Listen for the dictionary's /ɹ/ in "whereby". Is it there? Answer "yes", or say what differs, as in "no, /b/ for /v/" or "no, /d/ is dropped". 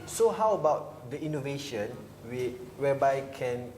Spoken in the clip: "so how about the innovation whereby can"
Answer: no, /w/ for /ɹ/